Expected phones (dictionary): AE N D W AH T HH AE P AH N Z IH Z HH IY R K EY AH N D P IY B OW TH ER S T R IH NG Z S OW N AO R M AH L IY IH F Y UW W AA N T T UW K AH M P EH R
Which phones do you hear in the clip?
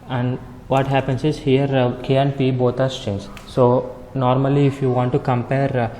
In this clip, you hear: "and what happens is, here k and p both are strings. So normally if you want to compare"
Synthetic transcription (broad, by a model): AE N D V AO T HH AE P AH N S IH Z HH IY R K EY AH N D P IY B OW T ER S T IH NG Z S OW N AO R M AH L IY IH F Y UW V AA N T T UW K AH M P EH R